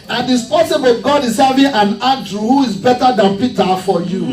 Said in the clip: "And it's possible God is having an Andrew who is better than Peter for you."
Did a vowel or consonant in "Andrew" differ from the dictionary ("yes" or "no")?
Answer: yes